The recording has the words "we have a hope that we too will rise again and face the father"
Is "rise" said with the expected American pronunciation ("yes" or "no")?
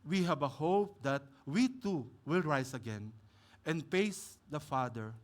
no